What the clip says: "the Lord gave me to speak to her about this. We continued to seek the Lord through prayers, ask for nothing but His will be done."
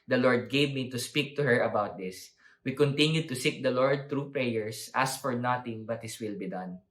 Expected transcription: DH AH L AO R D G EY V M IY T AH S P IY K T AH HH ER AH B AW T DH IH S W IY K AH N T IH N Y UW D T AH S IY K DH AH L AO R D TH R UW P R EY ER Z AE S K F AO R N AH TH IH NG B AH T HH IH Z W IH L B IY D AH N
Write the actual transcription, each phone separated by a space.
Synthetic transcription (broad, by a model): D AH L AO R D G EY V M IY T AH S P IY K T AH HH ER AH B AW T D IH S W IY K AH N T IH N Y UW D T AH S IY K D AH L AO R D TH R UW P R EY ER S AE S F AO R N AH T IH NG B AH T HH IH S W IH L B IY D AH N